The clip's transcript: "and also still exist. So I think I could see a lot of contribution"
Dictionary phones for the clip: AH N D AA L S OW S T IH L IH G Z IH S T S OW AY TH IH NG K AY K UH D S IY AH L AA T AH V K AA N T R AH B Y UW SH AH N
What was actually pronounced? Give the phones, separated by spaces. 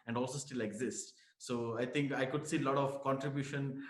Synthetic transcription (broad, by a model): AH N D AA L S OW S T IH L IH G Z IH S T S OW AY T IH NG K AY K UH D S IY L AA T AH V K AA N T R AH B Y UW SH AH N